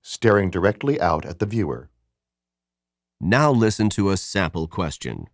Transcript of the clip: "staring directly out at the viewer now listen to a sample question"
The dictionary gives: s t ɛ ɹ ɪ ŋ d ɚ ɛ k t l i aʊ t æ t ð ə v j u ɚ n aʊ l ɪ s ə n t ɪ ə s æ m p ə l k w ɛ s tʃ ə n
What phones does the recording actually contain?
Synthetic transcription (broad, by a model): s t ɛ ɹ ɪ ŋ d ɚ ɛ k t l i aʊ t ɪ t ð ə v j u ɚ n aʊ l ɪ s ə n t ɪ ə s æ m p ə l k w ɛ s tʃ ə n